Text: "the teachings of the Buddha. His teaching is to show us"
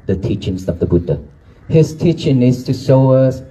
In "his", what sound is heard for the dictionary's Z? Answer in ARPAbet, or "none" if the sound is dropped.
S